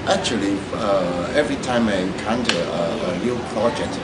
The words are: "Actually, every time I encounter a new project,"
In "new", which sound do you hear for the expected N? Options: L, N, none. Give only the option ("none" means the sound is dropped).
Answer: L